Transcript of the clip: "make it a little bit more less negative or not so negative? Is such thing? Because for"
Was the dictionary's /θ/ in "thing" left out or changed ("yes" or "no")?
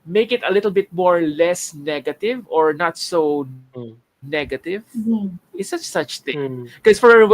yes